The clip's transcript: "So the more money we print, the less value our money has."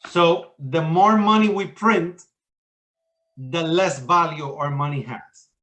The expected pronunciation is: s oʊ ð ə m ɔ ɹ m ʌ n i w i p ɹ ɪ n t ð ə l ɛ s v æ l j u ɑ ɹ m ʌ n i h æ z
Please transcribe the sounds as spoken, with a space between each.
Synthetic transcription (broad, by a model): s oʊ ð ə m ɔ ɹ m ʌ n i w i p ɹ ɪ n t ð ə l ɛ s v æ l j u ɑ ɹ m ʌ n i h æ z